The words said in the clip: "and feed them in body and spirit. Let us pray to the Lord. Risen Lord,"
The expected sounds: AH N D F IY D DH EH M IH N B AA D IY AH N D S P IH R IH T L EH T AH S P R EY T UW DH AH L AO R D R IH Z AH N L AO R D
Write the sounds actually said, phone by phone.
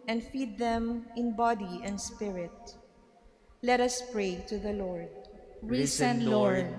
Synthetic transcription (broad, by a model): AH N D F IY D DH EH M IH N B AA D IY AH N D S P IH R IH T L EH T AH S P R EY T UW DH AH L AO R D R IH S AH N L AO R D